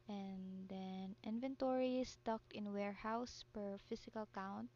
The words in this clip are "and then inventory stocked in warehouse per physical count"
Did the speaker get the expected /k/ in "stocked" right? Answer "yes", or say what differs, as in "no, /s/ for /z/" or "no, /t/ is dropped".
yes